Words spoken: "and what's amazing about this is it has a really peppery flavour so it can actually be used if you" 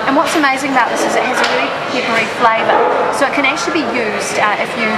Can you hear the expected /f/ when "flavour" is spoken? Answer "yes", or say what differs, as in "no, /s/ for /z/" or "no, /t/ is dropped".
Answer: yes